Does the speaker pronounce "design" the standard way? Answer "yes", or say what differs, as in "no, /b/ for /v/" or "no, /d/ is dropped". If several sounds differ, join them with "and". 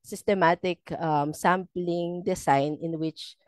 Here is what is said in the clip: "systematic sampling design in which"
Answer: no, /s/ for /z/